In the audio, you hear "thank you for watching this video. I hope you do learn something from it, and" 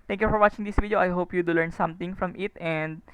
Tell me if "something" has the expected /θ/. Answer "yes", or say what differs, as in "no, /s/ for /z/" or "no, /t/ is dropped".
no, /t/ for /θ/